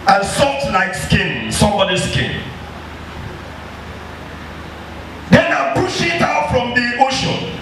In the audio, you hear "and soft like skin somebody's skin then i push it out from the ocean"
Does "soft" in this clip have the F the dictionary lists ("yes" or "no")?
no